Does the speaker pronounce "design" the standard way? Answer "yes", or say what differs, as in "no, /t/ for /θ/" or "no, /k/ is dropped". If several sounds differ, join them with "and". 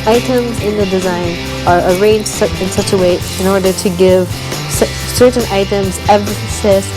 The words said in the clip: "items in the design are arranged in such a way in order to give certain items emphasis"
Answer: yes